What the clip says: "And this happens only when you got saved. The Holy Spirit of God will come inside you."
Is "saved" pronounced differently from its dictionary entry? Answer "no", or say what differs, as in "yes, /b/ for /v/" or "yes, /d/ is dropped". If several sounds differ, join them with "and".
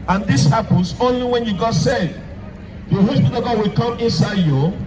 yes, /v/ is dropped